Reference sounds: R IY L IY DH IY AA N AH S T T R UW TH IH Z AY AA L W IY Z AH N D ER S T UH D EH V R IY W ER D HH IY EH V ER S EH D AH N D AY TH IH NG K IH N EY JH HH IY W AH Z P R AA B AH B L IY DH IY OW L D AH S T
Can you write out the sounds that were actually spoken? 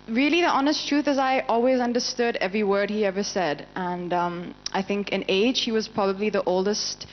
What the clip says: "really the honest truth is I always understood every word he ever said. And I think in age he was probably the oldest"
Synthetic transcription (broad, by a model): R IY L IY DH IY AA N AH S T T R UW TH IH Z AY AA L W IY Z AH N D ER S T UH D EH V R IY W ER D HH IY EH V ER S EH D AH N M AY TH IH NG K IH N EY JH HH IY W AH Z P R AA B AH B L IY DH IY OW L D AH S T